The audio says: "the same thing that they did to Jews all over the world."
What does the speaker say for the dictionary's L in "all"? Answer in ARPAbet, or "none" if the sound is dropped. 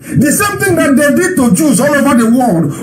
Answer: L